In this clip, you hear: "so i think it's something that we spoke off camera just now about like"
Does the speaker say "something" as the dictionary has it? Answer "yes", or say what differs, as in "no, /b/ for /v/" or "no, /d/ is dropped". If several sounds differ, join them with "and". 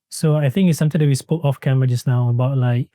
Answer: no, /t/ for /θ/